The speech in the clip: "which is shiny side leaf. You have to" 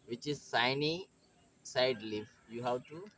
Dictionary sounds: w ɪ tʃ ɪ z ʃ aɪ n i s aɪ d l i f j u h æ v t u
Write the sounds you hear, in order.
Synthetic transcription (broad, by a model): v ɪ tʃ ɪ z s aɪ n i s aɪ d l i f j u h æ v t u